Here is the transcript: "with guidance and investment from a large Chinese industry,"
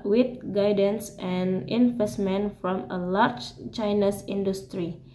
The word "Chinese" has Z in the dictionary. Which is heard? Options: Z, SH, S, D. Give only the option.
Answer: S